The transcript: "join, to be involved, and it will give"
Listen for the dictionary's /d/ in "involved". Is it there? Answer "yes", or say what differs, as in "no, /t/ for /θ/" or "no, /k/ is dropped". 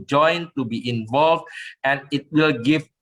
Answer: yes